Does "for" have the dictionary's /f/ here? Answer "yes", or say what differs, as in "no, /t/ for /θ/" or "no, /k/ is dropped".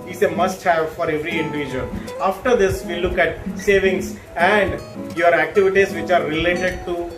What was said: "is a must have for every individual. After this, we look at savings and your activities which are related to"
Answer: yes